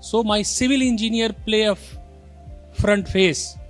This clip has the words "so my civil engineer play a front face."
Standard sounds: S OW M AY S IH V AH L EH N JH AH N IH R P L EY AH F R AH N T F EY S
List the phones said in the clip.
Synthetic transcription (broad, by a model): S OW M AY S IH V AH L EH N JH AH N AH R P L EY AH F R AH N T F EY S